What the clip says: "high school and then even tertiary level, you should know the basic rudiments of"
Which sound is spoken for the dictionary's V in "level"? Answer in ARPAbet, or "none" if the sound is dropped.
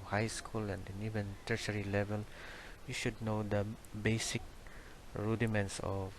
V